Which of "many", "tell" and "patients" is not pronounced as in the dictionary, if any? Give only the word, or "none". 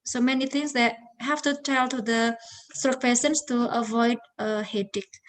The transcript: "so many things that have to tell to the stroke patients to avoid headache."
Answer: patients